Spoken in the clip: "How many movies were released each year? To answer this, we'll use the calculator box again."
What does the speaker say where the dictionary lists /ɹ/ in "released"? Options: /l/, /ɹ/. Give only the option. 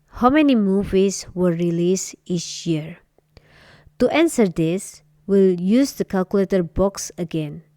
/ɹ/